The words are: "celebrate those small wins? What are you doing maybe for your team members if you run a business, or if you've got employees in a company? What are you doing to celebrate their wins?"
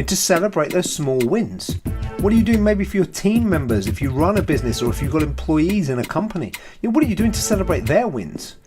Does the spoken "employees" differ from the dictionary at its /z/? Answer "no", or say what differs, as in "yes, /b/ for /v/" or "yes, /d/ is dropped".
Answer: no